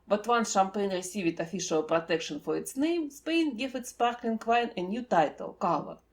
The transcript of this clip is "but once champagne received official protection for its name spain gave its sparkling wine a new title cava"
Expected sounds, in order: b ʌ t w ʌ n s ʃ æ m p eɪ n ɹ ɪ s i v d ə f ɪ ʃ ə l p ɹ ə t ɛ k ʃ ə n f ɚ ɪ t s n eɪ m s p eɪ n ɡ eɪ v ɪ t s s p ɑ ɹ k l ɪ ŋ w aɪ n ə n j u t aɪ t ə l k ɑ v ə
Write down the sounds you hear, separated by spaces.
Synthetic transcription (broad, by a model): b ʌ t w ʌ n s ʃ æ m p eɪ n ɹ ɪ s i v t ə f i ʃ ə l p ɹ ə t ɛ k ʃ ə n f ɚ ɪ t s n eɪ m s p eɪ n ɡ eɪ f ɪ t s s p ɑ ɹ k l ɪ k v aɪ n ə n j u t aɪ t ə l k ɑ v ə